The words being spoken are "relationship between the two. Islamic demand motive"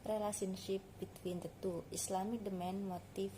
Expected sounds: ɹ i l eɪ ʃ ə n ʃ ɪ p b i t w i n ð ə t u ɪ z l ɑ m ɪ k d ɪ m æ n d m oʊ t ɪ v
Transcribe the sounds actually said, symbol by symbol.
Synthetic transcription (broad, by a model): ɹ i l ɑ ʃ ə n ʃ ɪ p b i t w i n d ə t u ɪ s l ɑ m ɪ k d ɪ m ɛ n m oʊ t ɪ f